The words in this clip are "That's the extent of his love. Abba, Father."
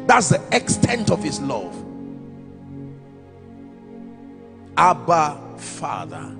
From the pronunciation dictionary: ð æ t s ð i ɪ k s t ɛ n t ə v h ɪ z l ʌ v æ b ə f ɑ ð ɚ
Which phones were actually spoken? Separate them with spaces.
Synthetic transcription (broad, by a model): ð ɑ t s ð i ɪ k s t ɛ n t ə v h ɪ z l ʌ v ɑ b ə f ɑ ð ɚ